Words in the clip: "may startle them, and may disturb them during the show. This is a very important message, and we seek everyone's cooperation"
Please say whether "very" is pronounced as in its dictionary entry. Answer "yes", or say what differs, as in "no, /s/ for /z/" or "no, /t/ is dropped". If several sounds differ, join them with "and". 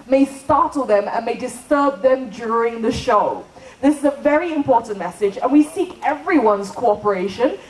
yes